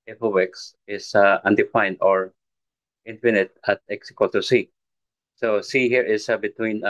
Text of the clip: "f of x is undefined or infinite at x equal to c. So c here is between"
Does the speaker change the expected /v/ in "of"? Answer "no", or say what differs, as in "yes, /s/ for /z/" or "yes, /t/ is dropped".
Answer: yes, /w/ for /v/